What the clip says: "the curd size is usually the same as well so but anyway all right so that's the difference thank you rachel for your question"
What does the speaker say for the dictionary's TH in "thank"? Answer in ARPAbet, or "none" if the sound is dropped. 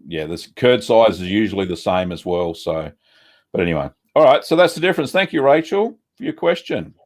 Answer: TH